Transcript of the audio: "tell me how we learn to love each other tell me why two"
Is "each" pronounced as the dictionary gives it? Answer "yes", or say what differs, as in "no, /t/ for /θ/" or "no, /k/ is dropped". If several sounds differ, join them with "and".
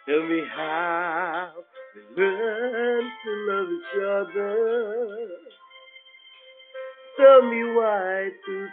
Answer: yes